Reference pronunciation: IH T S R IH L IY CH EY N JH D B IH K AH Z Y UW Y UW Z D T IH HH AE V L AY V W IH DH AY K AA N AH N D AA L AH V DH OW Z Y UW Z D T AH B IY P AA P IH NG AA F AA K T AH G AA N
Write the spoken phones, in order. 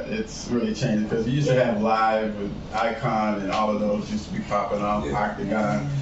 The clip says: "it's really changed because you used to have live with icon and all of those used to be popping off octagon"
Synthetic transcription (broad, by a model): IH T S R IH L IY CH EY N JH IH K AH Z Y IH Y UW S T IH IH V L AY V W IH DH AY K AA N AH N AA L AH V DH OW Z Y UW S T AH B IY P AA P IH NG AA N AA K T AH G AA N